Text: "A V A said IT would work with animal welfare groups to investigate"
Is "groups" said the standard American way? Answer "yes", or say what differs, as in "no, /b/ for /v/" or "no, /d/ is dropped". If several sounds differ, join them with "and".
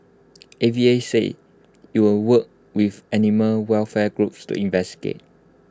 yes